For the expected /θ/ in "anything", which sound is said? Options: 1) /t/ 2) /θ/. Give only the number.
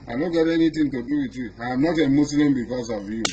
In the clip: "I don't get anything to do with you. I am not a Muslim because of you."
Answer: 1